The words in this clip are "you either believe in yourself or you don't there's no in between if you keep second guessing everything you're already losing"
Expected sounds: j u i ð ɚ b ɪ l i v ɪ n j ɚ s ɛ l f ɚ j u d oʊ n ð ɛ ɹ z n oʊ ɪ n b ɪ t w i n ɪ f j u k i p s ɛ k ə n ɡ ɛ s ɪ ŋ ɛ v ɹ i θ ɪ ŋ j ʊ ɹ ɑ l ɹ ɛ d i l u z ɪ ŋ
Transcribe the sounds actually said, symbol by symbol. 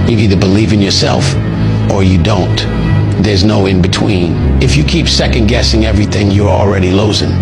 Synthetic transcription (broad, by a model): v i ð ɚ b ɪ l i v ɪ n j ɚ s ɛ l f ɚ j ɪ d oʊ n ð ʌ ɹ z n oʊ ɪ n b ɪ t w i n ɪ f j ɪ k i p s ɛ k ə n ɡ ɛ s ɪ ŋ ɛ v ɹ i θ ɪ ŋ j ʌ ɹ l ɹ ɛ d i l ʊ z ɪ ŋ